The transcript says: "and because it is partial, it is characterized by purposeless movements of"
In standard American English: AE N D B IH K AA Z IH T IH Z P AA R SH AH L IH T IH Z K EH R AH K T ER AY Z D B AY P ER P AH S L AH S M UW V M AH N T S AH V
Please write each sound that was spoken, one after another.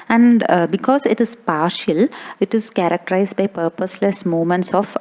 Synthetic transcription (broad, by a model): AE N D B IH K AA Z IH T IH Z P AA R SH AH L IH T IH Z K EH R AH K T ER AY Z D B AY P ER P AH S L AH S M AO M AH N T S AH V